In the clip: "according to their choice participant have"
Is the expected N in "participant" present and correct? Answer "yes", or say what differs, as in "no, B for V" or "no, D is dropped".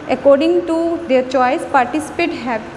no, N is dropped